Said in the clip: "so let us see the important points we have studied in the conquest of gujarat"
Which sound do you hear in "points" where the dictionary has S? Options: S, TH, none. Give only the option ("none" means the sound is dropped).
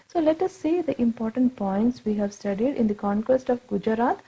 S